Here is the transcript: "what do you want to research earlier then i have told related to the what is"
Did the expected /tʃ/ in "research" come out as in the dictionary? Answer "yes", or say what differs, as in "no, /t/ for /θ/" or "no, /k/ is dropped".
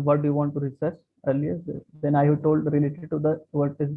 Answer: no, /s/ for /tʃ/